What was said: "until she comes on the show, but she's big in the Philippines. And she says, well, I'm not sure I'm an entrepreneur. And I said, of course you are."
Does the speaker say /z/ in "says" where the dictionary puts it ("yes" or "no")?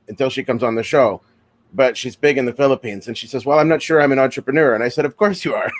yes